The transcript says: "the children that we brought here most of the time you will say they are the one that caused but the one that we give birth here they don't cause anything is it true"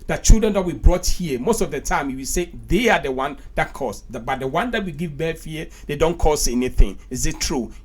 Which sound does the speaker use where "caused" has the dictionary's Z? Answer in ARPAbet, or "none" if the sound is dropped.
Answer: S